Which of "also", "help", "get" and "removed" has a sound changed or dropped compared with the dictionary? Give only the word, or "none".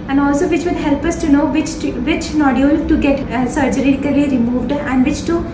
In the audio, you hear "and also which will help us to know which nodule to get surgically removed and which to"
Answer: none